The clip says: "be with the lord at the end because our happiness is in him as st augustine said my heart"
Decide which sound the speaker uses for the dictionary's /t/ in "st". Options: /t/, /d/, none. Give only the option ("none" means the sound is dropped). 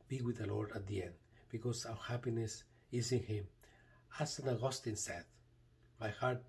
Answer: none